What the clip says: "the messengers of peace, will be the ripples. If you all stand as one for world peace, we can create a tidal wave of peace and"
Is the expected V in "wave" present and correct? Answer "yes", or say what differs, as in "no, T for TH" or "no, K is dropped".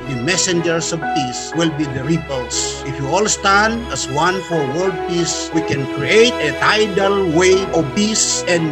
no, V is dropped